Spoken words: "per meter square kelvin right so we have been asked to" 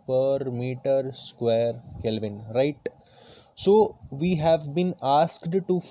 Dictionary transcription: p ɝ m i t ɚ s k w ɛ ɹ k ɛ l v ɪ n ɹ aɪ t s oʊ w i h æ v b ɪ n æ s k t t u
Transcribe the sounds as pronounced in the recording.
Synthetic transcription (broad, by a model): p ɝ m i t ɚ s k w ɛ ɹ k ɛ l v ɪ n ɹ aɪ t s oʊ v i h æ v b ɪ n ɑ s k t t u